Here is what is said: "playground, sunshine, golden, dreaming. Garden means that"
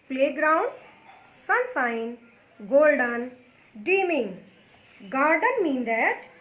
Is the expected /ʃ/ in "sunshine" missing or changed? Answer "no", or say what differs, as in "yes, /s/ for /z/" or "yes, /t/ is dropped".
yes, /s/ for /ʃ/